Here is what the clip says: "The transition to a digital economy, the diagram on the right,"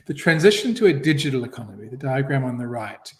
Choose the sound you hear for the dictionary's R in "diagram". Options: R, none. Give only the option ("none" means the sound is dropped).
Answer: R